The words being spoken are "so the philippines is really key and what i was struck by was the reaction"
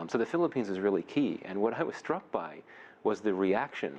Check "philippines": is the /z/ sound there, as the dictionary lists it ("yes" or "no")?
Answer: yes